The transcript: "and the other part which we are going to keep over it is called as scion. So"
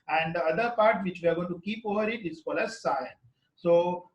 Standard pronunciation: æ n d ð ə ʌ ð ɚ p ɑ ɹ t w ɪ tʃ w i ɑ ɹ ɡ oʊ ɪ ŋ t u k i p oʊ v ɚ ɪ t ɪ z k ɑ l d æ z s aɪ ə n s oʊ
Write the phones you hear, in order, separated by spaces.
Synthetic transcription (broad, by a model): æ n d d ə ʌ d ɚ p ɑ ɹ t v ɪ tʃ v i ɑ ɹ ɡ oʊ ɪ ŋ t u k i p oʊ v ɚ ɪ t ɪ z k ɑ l æ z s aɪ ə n s oʊ